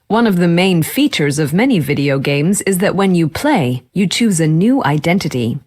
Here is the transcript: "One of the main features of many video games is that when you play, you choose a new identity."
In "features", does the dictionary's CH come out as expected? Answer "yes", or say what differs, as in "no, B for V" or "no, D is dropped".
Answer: yes